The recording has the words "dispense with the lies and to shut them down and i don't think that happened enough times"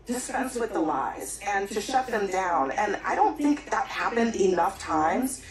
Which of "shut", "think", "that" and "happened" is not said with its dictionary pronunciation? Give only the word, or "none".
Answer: none